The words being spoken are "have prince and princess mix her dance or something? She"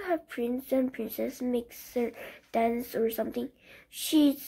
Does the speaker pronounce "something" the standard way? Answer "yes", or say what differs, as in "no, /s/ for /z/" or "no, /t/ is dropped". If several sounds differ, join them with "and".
no, /t/ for /θ/